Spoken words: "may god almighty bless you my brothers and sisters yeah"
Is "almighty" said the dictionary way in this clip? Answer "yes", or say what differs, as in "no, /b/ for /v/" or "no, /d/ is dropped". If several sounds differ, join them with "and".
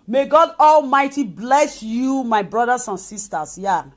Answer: yes